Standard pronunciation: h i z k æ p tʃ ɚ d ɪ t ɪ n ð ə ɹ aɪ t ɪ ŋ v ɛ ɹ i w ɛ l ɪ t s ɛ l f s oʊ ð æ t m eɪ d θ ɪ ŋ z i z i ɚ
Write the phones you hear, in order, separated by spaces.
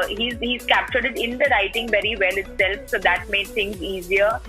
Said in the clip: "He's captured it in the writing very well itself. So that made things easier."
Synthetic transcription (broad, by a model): h i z k æ p tʃ ɚ d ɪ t ɪ n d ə ɹ aɪ t ɪ ŋ v ɛ ɹ i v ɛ l ɪ t s ɛ l f s oʊ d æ t m eɪ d t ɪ ŋ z i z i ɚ